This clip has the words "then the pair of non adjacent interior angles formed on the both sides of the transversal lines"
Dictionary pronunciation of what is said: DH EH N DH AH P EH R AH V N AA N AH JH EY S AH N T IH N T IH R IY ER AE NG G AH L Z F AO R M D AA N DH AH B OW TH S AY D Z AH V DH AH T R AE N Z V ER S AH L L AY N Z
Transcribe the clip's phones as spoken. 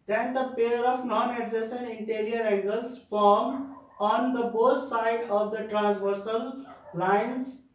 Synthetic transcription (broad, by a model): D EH N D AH P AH R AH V N AA N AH Z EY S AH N IH N T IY R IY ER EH G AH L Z F AO R M D AA N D AH B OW T S AY D AH V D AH T R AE N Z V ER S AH L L AY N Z